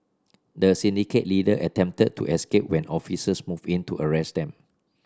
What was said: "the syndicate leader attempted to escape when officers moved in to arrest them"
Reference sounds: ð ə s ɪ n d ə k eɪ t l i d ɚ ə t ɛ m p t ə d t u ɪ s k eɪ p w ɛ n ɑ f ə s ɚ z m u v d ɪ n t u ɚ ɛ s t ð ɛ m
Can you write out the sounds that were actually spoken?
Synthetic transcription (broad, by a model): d ə s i n d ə k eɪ t l i d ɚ ə t ɛ m p t ə d t u ɪ s k eɪ p w ɛ n ɑ f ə s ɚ s m u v ɪ n t u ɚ ɛ s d ɛ m